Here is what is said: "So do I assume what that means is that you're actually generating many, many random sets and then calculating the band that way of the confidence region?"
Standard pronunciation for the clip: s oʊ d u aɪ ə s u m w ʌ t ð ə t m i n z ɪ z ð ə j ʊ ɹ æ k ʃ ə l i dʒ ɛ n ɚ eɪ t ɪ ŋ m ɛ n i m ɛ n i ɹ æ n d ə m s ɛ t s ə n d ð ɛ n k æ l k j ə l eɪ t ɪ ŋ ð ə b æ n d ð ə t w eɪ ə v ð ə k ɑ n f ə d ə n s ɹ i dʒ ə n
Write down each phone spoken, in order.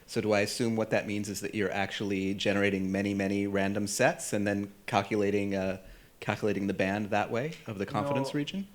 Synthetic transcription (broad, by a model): s oʊ d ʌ aɪ ə s u m w ʌ t ð ə t m i n z ɪ z ð ə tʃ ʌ ɹ æ k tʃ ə l i dʒ ɛ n ɚ eɪ t ɪ ŋ m ɛ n i m ɛ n i ɹ æ n d ə m s ɛ t s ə n ð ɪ n k æ l k j ə l eɪ t ɪ ŋ ð ə b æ n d ð ə t w eɪ ə v ð ə k ɑ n f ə d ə n s ɹ i dʒ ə n